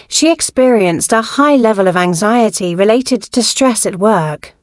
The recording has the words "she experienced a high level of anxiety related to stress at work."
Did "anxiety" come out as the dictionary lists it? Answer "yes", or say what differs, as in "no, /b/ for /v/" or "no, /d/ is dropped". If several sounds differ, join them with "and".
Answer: yes